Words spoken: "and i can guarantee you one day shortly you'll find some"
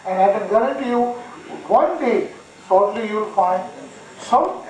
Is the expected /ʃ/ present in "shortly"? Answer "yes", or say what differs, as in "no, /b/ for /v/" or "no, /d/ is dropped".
no, /s/ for /ʃ/